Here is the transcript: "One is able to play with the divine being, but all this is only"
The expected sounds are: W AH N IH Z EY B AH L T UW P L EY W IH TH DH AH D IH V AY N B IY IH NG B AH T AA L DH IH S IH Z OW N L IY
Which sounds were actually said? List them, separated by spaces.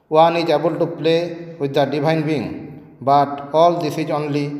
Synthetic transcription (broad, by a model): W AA N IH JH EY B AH L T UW P L EY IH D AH D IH B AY N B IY NG B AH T AA L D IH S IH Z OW N L IY